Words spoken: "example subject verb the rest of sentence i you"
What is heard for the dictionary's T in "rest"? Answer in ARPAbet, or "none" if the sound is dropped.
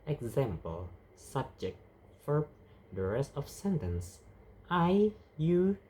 none